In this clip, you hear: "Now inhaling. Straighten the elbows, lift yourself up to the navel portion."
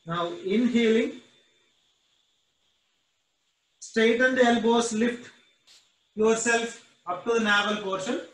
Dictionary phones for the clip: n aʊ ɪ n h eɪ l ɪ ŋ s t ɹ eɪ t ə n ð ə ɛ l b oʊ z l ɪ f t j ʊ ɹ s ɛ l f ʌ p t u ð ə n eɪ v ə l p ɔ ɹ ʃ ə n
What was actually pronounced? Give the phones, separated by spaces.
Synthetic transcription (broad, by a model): n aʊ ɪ n h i l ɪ ŋ s t eɪ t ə n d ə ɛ l b oʊ s l ɪ f t j ʊ ɹ s ɛ l f ʌ p t u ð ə n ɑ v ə l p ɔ ɹ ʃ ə n